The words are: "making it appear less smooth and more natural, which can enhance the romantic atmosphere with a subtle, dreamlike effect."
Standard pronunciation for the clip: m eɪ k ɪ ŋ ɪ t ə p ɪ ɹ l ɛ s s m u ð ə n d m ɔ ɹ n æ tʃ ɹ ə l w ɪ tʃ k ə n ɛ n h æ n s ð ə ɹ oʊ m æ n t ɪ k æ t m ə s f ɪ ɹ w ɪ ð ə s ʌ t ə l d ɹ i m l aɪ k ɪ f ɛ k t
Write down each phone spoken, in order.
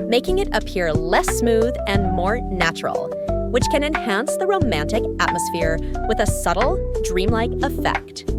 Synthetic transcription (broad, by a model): m eɪ k ɪ ŋ ɪ t ə p ɪ ɹ l ɛ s s m u ð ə n m ɔ ɹ n æ tʃ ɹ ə l w ɪ tʃ k ə n ɛ n h æ n s ð ə ɹ oʊ m æ n t ɪ k æ t m ə s f ɪ ɹ w ɪ ð ə s ʌ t l d ɹ i m l aɪ k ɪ f ɛ k t